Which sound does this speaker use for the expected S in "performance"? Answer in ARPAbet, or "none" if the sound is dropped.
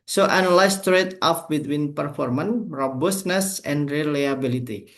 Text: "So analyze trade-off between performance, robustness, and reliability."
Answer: none